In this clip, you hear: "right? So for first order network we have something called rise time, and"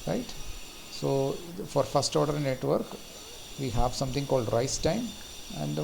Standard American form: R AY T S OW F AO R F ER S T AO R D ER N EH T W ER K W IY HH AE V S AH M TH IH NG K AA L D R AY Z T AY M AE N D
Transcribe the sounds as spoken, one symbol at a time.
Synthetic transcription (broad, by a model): R AY T S OW F AO R F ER S T AO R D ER N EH T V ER K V IY HH AE V S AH M T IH NG K AA L D R AY S T AY M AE N D